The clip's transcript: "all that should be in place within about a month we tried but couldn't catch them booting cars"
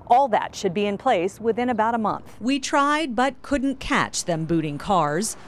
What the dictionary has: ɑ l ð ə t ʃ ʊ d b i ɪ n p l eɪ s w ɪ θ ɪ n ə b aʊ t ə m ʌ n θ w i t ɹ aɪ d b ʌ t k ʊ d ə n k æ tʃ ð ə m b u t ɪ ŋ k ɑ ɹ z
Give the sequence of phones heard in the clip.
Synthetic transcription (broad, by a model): ɑ l ð ə t ʃ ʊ d b i ɪ n p l eɪ s w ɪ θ ɪ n ə b aʊ t ə m ʌ n θ w i t ɹ aɪ d b ʌ t k ʊ d n k æ tʃ ð ə m b u t ɪ ŋ k ɑ ɹ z